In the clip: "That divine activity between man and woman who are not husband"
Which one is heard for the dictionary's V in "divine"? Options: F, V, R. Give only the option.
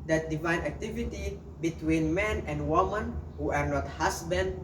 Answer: V